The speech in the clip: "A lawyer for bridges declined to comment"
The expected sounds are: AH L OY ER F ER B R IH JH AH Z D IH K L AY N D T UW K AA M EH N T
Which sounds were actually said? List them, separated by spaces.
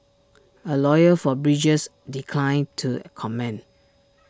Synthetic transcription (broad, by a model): AH L OY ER F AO B R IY JH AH S D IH K L AY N T UW K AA M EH N